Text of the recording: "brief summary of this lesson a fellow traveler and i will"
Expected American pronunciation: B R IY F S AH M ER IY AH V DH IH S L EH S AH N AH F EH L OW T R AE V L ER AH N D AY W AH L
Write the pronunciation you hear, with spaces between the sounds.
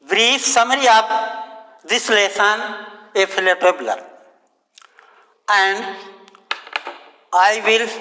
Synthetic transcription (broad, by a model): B R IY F S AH M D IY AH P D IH S L EH S AH N AH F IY L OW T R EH B L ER AH N D AY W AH L